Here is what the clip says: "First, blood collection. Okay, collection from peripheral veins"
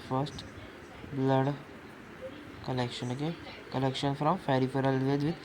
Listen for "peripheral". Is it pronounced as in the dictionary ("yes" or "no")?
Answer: no